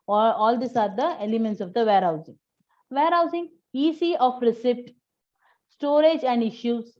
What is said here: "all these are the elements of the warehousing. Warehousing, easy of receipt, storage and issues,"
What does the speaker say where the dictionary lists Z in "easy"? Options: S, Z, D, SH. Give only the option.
S